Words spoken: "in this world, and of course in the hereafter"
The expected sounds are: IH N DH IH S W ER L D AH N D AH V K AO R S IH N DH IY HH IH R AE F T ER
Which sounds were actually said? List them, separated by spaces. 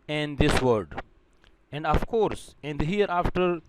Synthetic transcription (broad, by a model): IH N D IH S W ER D AH N D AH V K AO R S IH N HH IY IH R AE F T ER